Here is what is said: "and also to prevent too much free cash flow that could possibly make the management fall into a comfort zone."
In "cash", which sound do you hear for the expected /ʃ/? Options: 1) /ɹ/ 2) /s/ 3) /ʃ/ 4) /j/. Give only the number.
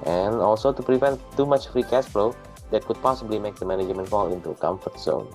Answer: 2